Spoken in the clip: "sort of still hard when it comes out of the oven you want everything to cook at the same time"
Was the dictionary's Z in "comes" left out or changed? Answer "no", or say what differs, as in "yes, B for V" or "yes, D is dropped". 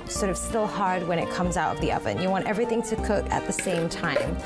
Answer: no